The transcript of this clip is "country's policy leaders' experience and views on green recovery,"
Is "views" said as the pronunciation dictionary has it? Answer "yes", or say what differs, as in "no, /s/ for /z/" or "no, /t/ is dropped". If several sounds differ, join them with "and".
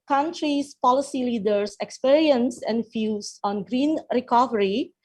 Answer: no, /f/ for /v/